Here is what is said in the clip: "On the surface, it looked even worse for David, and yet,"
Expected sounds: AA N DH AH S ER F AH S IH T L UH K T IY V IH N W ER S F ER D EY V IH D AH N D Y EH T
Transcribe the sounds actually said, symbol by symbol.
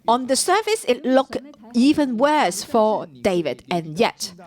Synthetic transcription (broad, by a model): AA N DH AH S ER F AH S IH T L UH K IY V IH N W ER S F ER D EY V IH D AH N Y EH T